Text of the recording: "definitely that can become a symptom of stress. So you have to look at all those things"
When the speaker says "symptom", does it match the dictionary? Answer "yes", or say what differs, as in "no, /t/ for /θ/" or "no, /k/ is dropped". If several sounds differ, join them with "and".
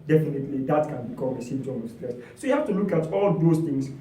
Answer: no, /p/ is dropped